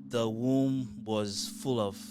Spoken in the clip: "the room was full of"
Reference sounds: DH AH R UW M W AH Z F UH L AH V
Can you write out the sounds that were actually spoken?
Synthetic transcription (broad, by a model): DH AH W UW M W AH Z F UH L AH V